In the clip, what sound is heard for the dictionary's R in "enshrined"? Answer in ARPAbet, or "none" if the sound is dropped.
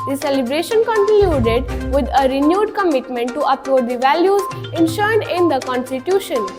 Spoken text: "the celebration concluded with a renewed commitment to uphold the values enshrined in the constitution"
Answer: none